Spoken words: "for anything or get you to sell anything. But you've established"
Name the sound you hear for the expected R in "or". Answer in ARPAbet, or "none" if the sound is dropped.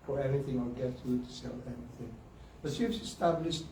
L